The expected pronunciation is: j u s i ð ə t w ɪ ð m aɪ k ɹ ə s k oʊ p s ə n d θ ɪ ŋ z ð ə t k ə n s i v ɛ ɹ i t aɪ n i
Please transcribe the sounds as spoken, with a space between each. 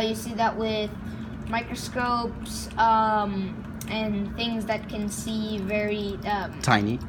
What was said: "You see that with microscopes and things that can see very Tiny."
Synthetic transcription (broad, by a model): j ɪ s i ð ə t w ɪ ð m aɪ k ɹ ə s k oʊ p s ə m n θ ɪ ŋ z ð ə t k ə n s i v ɛ ɹ i t aɪ n i